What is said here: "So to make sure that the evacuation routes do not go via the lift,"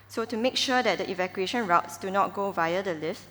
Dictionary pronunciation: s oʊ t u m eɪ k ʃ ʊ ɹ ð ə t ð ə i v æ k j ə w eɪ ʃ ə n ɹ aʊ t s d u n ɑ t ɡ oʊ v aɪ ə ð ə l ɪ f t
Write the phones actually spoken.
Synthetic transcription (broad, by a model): s oʊ t u m eɪ k ʃ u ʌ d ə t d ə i v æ k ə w eɪ ʃ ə n ɹ aʊ t s d u n ɑ t ɡ oʊ v aɪ ə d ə l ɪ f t